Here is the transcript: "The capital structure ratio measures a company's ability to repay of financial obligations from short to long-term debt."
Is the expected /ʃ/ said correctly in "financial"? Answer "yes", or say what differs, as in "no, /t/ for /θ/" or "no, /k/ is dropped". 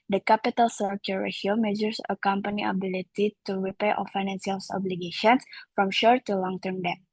no, /s/ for /ʃ/